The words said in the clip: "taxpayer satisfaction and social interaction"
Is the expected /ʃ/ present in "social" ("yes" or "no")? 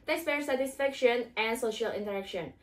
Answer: yes